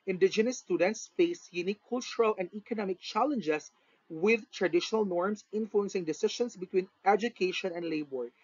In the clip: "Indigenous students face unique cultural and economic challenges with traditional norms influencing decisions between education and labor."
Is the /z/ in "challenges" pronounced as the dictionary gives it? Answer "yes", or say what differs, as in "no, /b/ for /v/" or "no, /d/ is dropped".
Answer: no, /s/ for /z/